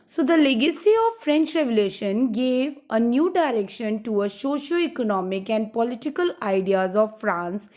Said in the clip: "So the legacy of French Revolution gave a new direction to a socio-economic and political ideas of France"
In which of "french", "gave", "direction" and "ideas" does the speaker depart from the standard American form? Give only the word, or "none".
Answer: none